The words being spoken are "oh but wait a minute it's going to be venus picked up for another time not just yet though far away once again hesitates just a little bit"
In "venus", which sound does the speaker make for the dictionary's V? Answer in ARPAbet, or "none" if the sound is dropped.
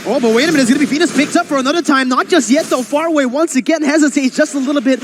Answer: F